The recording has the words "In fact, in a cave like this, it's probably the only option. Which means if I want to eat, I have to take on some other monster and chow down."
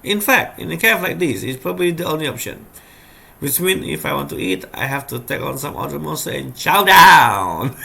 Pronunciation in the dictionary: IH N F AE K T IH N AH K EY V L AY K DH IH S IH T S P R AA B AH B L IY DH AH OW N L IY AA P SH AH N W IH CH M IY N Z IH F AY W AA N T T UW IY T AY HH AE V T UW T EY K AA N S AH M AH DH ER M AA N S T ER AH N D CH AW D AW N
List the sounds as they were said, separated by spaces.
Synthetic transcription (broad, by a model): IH N F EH K T IH N AH K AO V L AY K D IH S IH T S P R AA B AH B L IY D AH OW N L IY AA P SH AH N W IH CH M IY N IH F AY W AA N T T UW IY T AY HH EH F T UW T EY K AA N S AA M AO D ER M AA S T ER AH N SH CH AW D AW N